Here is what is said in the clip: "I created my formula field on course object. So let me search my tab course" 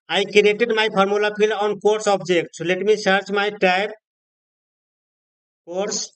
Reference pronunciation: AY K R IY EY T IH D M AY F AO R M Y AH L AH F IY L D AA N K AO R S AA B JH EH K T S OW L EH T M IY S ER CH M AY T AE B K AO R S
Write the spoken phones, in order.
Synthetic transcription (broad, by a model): AY K R IY EY T IH D M AY P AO R M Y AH L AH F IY L AA N K AO R S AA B JH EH K T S L EH T M IY S ER CH M AY T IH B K AO R S